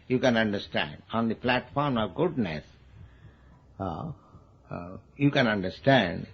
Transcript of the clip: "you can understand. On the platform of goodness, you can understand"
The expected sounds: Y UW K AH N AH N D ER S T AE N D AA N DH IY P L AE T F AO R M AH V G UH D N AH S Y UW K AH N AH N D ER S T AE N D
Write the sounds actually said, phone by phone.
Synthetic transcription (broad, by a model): Y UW K AH N AH N D ER S T AE N D AA N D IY P L AE T F AO R M AH V G UH D N AH S Y UW K AH N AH N D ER S T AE N D